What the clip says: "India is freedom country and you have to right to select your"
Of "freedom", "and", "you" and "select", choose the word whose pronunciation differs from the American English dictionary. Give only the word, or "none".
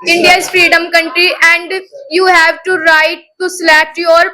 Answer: select